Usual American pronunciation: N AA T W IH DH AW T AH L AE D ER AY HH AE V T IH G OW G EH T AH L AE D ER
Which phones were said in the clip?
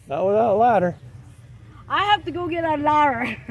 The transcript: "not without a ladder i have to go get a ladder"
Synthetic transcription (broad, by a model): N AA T W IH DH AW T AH L AE D ER AY HH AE F T IH G OW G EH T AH L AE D ER